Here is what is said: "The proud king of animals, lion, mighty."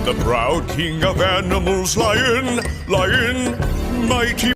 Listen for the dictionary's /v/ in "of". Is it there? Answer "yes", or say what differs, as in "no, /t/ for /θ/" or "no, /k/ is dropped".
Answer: yes